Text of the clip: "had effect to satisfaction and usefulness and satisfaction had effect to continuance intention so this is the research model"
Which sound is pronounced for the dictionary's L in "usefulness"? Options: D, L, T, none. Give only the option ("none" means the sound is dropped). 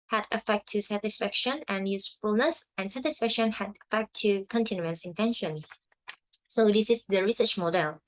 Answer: L